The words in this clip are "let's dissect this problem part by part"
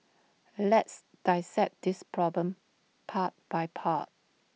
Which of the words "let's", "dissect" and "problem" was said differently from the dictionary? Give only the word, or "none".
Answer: dissect